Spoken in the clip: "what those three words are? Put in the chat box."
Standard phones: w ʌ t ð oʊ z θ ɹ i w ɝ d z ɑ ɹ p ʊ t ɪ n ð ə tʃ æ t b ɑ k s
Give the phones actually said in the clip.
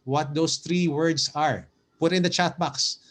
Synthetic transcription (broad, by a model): w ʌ t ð oʊ s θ ɹ i w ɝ d s ɑ ɹ p ʊ t ɪ n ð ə tʃ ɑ t b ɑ k s